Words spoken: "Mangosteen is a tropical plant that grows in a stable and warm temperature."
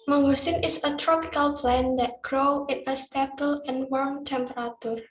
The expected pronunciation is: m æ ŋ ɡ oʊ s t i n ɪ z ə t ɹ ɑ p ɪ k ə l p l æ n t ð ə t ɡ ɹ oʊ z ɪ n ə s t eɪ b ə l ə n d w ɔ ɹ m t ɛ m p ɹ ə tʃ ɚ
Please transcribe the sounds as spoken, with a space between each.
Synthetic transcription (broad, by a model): m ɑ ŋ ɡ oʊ s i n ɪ s ə t ɹ ɑ p ɪ k ə l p l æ n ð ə t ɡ ɹ oʊ ɪ n ə s t eɪ b ə l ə n w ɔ ɹ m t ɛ m p ɹ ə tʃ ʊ